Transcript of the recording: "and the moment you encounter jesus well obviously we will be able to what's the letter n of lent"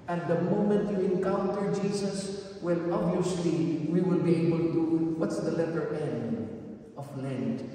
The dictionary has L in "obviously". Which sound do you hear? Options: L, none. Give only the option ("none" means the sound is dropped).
L